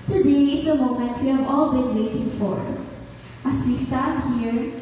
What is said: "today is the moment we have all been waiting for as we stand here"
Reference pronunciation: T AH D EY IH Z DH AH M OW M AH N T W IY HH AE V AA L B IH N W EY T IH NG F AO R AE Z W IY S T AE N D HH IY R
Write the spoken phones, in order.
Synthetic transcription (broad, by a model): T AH D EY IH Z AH M OW M AH N T W IY HH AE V AA L B IH N W EY T IH NG F AO R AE S W IY S T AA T HH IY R